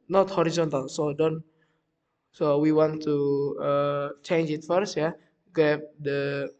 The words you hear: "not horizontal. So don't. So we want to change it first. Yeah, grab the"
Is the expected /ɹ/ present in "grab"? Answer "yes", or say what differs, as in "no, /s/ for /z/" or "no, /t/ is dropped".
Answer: no, /ɹ/ is dropped